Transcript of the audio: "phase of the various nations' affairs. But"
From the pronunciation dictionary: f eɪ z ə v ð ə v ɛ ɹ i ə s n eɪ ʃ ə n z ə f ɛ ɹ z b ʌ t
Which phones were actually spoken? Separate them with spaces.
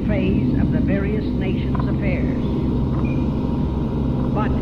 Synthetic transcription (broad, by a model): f eɪ z ə v ð ə v ɛ ɹ i ə s n eɪ ʃ ə n z ə f ɛ ɹ z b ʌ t